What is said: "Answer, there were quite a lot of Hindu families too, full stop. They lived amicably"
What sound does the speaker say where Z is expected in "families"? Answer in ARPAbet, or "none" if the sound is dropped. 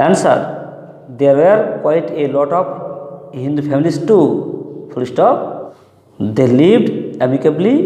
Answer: S